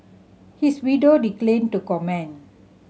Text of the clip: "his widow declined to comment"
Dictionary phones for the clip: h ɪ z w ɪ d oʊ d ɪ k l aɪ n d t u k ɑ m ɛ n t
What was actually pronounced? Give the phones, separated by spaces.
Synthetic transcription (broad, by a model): h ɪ s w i d oʊ d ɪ k l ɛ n t u k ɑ m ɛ n